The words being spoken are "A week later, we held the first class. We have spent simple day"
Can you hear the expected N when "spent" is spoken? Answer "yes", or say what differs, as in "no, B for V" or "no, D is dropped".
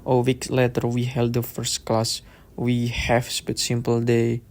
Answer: no, N is dropped